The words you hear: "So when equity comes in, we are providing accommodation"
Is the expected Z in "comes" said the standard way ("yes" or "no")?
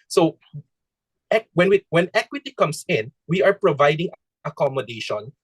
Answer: no